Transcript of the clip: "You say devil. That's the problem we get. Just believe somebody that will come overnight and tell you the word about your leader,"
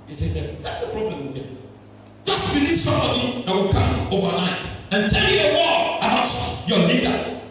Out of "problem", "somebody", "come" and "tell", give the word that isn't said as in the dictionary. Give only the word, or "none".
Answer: somebody